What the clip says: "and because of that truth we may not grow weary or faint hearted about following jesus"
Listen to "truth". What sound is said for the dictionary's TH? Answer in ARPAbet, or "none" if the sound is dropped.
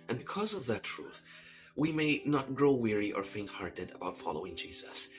TH